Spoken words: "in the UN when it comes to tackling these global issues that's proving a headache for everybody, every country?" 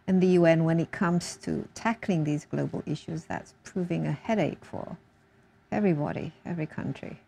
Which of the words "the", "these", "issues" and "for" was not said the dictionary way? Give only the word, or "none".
none